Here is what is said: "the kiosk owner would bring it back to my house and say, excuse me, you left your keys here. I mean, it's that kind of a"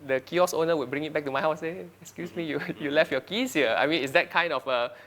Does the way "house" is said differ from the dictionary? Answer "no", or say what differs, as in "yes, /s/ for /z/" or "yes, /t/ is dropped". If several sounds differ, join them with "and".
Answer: yes, /s/ is dropped